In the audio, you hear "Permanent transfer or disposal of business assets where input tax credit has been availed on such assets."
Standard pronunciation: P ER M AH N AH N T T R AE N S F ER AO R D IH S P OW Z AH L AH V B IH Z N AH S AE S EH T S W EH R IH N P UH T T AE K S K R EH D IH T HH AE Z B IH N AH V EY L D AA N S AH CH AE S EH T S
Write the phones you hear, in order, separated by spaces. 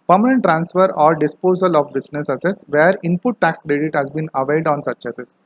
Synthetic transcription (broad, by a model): P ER M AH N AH N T T R AE N S F ER AO R D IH S P OW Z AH L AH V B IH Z N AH S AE S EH S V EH R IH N P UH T T AE K S K R EH D IH T HH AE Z B IH N AH V EY L D AA N S AH CH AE S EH S